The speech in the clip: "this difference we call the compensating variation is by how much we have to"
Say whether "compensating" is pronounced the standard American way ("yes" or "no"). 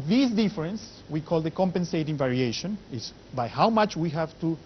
yes